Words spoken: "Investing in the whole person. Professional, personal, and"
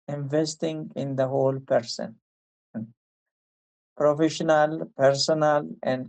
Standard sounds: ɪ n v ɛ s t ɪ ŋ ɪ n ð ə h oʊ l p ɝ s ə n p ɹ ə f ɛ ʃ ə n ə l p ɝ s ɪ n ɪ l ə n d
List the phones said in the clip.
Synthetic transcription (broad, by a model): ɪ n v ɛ s t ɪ ŋ ɪ n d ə h oʊ l p ɝ s ə n p ɹ ə f ɛ ʃ ə n ə l p ɝ s ɪ n ɪ l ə n d